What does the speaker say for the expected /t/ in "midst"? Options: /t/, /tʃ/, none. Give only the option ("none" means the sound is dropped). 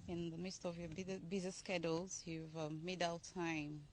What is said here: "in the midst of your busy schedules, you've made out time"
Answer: /t/